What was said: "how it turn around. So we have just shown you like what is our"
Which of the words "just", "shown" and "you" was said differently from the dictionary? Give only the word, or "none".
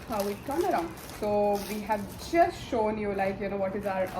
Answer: none